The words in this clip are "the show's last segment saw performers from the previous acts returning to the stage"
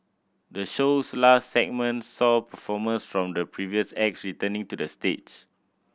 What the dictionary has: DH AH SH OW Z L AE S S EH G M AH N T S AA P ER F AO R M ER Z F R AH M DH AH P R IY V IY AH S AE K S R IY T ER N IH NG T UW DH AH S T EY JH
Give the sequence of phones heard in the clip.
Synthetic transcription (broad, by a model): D AH SH OW S L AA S S EH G M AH N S S AA P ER F AO M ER S F R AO M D AH P R IY V IY AH S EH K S R IY T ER N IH NG T UW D AH S T EY CH